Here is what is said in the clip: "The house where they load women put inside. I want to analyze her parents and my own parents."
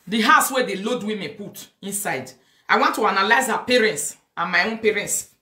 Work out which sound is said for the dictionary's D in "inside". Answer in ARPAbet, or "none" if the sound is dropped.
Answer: D